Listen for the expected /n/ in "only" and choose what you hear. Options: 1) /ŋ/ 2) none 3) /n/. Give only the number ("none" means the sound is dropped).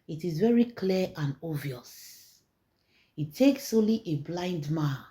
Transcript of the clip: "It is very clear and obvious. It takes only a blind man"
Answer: 2